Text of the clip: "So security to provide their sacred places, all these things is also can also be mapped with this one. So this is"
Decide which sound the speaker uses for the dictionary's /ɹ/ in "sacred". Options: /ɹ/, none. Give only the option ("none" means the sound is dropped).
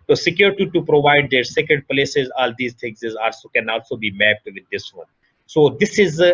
none